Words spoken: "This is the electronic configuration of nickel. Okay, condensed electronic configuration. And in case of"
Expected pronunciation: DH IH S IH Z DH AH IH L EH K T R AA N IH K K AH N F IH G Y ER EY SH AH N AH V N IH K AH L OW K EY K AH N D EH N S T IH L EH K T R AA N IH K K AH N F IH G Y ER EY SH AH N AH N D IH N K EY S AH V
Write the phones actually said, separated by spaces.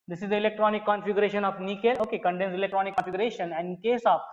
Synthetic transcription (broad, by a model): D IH S IH Z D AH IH L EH K T R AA N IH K K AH N F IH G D EY SH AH N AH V N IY K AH L OW K EY K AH N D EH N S IH L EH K T R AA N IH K K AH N F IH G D EY SH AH N AH N D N K EY S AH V